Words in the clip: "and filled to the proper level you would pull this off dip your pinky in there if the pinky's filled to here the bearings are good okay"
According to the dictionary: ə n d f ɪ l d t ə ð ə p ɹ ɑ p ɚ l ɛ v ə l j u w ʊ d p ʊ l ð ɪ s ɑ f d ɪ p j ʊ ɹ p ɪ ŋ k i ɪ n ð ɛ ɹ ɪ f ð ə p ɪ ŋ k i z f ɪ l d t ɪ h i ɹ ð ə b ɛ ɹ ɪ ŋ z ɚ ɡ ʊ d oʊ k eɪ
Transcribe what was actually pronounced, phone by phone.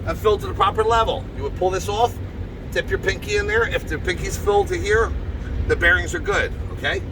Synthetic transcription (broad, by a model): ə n f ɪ l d t ə ð ə p ɹ ɑ p ɚ l ɛ v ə l j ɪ w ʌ d p ʊ l ð ɪ s ɑ f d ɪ p j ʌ ɹ p ɪ ŋ k i ɪ n ð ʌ ɹ ɪ f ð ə p ɪ ŋ k i z f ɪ l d t ɪ h i ɹ ð ə b ɛ ɹ ɪ ŋ z ɚ ɡ ʊ d oʊ k eɪ